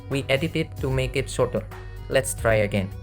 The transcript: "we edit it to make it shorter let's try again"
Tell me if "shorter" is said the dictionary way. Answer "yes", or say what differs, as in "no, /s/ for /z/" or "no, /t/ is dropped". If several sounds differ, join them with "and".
no, /s/ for /ʃ/